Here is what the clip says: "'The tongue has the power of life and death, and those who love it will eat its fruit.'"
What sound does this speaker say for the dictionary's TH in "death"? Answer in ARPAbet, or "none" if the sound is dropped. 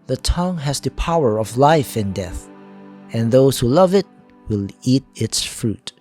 TH